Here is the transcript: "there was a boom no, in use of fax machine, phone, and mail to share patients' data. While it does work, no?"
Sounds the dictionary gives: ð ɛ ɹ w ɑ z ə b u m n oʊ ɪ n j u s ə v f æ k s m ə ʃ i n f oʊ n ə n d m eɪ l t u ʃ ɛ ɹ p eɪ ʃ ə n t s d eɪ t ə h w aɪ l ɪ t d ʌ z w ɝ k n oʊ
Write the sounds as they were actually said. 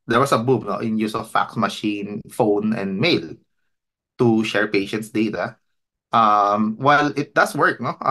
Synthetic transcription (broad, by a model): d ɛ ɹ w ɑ s ə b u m n oʊ ɪ n j u s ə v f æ k s m ə ʃ i n f oʊ n ə n d m eɪ l t u ʃ ɛ ɹ p eɪ ʃ ə n t s d eɪ t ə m w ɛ l ɪ t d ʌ s w ɝ k n oʊ